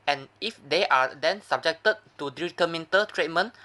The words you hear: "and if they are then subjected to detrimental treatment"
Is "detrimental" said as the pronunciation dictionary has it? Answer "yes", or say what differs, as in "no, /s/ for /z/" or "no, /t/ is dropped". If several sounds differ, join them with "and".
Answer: no, /ɹ/ is dropped